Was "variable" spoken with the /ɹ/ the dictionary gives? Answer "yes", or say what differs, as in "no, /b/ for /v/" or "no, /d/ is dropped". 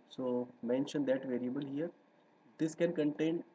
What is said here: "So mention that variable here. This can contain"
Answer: yes